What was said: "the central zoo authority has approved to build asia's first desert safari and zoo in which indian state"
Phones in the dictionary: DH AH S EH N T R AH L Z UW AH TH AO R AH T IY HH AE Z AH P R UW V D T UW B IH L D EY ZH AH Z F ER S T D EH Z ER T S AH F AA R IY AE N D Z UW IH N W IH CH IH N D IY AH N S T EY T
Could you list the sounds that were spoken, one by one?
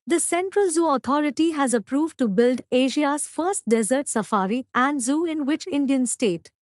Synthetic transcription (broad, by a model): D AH S EH N T R AH L Z UW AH T AO R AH T IY HH AE Z AH P R UW V D T UW B IH L D EY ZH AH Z F ER S T D EH Z ER T S AH F AA R IY AE N D Z UW IH N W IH CH IH N D IY AH N S T EY T